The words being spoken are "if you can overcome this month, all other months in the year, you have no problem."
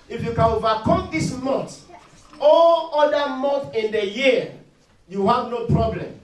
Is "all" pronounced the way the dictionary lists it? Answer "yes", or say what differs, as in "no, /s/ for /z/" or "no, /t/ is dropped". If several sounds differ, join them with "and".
yes